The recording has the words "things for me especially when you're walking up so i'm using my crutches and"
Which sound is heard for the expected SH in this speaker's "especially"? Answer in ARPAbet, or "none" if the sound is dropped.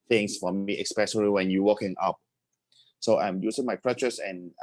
S